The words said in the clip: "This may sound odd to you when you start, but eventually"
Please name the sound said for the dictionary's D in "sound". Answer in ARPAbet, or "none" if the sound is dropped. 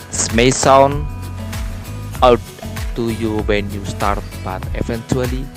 none